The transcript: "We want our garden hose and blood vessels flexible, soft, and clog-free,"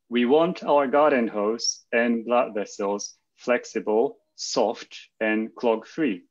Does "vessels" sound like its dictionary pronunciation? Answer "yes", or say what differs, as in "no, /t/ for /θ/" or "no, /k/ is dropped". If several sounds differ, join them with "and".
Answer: yes